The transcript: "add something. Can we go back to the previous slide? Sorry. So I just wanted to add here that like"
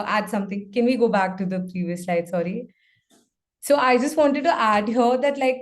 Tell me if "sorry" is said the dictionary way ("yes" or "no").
yes